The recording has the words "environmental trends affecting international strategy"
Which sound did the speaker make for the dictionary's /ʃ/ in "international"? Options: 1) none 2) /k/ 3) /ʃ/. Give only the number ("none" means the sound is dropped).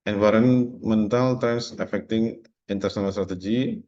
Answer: 1